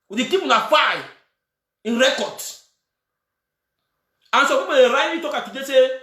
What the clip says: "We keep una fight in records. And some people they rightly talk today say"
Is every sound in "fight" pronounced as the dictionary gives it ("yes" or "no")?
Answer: no